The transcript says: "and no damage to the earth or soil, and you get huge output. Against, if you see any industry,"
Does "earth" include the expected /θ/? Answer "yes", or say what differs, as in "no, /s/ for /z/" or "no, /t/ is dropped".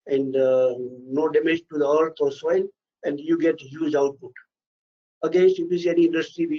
no, /t/ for /θ/